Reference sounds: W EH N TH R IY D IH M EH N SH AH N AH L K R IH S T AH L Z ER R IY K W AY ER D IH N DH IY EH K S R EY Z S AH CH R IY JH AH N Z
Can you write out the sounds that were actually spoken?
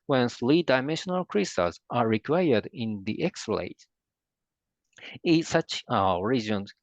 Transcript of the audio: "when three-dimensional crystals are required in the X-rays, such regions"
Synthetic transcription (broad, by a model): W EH N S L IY D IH M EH N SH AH N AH L K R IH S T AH Z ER R IY K W AY ER D IH N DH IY EH K S L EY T S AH CH R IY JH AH N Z